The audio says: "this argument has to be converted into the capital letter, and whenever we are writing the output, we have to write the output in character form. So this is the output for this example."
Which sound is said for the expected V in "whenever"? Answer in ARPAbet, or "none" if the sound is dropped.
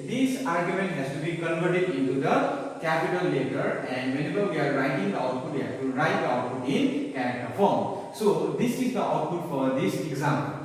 B